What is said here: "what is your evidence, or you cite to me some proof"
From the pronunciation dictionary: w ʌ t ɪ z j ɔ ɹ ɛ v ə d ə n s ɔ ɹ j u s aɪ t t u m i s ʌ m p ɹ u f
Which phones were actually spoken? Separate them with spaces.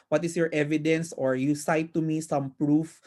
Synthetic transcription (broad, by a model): w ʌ t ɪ s j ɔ ɹ ɛ v ə d ə n s ɔ ɹ j u s aɪ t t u m i s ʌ m p ɹ u f